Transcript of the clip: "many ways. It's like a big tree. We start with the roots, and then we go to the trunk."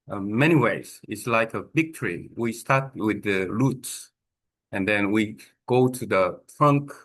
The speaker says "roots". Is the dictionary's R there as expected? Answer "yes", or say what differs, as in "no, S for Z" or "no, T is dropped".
no, L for R